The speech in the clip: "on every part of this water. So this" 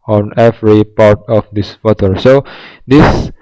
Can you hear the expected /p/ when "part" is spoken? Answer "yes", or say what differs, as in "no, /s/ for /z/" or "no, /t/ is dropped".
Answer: yes